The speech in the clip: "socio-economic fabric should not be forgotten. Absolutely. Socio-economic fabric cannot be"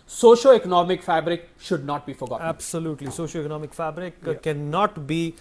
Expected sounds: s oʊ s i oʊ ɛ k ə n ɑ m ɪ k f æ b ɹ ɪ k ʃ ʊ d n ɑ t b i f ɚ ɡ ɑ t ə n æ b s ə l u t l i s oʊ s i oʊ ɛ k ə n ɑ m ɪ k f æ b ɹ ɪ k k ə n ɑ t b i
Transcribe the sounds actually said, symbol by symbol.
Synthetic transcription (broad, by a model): s oʊ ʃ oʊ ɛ k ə n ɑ m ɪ k f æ b ɹ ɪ k ʃ ʊ d n ɑ t b i f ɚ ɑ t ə æ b s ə l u t l i s oʊ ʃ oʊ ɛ k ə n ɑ m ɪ k f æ b ɹ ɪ k k ə n ɑ t b i